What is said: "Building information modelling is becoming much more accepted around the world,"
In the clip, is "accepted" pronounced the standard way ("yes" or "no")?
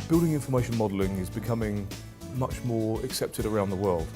yes